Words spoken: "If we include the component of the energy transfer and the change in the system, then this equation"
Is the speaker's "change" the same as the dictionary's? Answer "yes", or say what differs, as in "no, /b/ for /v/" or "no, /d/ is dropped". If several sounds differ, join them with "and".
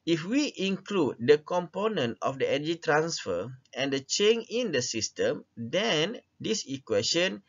no, /dʒ/ is dropped